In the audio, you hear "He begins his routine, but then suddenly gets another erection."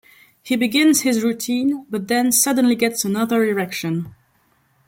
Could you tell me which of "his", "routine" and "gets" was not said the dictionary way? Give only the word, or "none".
none